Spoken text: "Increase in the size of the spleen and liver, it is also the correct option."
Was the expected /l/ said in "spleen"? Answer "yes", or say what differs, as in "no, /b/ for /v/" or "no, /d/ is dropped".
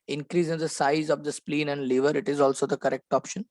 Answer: yes